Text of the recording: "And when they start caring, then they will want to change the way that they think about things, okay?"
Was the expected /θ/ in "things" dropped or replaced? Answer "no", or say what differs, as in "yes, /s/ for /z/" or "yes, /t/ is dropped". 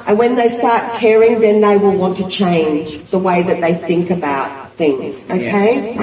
no